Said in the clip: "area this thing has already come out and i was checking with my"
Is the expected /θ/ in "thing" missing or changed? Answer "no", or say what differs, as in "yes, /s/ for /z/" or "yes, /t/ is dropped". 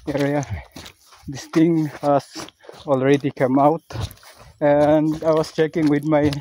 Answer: yes, /t/ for /θ/